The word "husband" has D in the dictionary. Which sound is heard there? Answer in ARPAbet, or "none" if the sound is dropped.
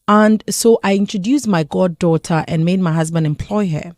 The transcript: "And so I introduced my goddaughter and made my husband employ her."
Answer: D